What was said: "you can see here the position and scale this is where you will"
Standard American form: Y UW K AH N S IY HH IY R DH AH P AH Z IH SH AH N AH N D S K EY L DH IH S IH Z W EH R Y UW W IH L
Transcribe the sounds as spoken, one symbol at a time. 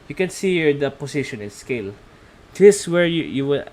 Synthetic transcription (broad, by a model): Y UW K AH N S IY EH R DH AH P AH S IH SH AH N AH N S K EY L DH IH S W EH R Y UW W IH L